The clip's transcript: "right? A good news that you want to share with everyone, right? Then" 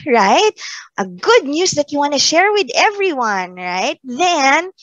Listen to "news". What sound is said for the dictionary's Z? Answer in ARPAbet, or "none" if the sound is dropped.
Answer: S